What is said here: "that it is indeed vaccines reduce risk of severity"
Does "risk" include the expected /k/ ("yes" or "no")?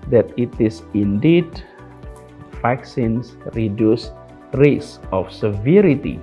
no